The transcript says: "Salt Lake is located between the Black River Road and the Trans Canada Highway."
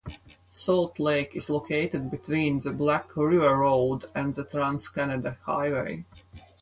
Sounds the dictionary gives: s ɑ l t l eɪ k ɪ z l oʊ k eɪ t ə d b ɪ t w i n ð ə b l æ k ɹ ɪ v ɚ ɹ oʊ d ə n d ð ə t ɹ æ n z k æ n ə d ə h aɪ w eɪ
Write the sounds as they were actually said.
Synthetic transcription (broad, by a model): s ɑ l t l eɪ k ɪ z l oʊ k eɪ t ə d b ɪ t w i n ð ə b l æ k ɹ ɪ v ɚ ɹ oʊ d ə n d ð ə t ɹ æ n s k æ n ə d ə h aɪ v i